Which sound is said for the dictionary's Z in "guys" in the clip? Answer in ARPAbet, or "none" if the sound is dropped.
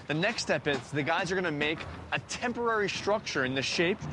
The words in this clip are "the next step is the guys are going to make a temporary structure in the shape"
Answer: Z